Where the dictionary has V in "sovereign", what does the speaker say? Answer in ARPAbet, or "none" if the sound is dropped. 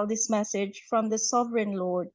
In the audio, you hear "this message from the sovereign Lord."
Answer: V